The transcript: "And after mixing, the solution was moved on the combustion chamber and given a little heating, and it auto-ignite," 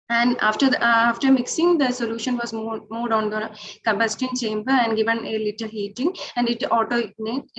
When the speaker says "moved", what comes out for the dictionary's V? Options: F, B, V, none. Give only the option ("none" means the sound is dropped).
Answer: none